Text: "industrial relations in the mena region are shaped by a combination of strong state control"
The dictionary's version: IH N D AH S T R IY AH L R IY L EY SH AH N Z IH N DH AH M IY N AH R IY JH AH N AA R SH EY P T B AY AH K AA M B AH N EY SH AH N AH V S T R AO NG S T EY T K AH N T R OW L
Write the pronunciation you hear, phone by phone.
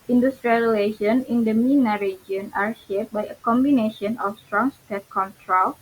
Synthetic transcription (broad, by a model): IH N D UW S T R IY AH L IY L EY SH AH N IH N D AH M IY N AH R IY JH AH N AA R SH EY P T B AY AH K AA M B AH N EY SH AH N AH F S T R AO NG S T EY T K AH N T R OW L